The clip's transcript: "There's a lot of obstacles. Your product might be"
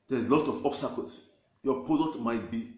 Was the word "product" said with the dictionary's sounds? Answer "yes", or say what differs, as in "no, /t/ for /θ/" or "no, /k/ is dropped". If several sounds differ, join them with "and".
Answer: no, /ɹ/ is dropped and /k/ is dropped